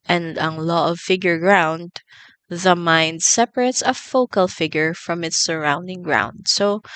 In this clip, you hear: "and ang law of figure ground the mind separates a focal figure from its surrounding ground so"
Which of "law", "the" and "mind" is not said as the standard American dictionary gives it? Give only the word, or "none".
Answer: none